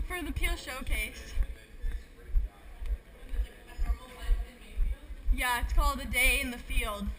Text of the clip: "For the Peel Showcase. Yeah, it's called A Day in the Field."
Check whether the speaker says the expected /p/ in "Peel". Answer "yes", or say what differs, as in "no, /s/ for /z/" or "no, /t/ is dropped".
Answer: yes